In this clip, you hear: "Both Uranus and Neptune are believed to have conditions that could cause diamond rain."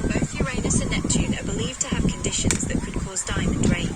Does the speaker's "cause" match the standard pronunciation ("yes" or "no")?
yes